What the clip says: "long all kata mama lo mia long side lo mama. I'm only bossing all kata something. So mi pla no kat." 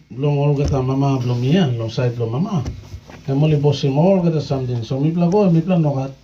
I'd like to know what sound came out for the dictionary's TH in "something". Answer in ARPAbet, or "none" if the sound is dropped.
T